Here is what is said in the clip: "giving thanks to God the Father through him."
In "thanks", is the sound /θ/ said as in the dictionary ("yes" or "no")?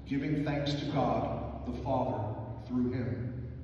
yes